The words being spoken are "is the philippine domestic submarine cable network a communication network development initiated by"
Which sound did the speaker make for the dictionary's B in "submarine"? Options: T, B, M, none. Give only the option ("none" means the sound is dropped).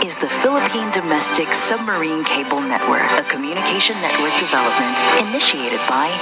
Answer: B